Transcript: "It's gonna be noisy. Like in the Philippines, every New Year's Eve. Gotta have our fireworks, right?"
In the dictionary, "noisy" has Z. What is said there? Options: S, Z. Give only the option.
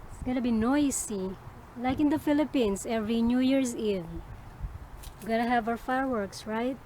S